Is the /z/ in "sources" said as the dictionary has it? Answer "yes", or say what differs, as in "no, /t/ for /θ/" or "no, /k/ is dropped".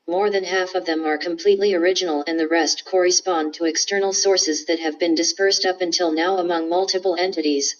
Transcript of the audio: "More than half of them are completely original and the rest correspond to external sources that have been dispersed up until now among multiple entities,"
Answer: yes